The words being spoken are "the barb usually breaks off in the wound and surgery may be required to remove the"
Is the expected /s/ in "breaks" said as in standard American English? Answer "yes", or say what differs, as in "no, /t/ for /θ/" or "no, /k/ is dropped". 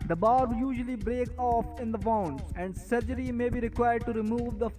no, /s/ is dropped